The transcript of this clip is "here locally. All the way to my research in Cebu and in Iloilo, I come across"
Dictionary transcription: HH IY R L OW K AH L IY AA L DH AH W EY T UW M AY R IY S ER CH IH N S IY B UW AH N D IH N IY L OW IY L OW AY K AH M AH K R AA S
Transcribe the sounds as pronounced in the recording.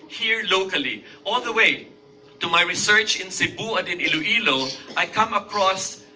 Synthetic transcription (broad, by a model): HH IY R L OW K AH L IY AA L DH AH W EY T UW M AY R IY S ER CH IH N S IY B UW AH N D IH N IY L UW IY L OW AY K AH M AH K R AA S